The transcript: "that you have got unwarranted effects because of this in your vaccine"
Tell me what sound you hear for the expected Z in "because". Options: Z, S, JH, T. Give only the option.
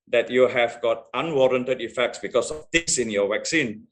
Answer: S